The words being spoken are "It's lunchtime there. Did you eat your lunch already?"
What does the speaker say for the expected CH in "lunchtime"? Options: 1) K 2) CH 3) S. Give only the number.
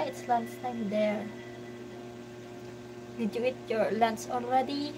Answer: 3